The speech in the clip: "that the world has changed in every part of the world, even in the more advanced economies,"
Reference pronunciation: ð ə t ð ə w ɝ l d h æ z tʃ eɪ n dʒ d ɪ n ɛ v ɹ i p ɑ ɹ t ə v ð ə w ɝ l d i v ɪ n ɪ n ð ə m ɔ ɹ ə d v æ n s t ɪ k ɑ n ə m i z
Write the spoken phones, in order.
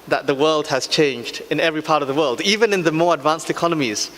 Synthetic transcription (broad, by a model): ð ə t ð ə w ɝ l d h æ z tʃ eɪ n dʒ d ɪ n ɛ v ɹ i p ɑ ɹ t ə v ð ə w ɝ l d i v ɪ n ɪ n ð ə m ɔ ɹ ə d v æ n s t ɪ k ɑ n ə m i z